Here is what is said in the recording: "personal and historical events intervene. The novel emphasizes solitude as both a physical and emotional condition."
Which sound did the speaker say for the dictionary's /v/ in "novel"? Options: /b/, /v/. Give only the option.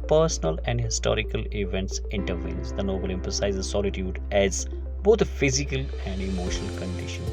/b/